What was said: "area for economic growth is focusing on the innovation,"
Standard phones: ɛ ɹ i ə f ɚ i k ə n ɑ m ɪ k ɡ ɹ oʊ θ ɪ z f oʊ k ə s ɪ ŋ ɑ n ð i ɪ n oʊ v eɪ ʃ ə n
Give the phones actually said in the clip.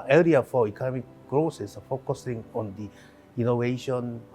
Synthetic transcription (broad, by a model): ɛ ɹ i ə f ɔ i k ə n ɑ m ɪ k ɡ ɹ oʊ s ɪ s f oʊ k ə s ɪ ŋ ɑ n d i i n oʊ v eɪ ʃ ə n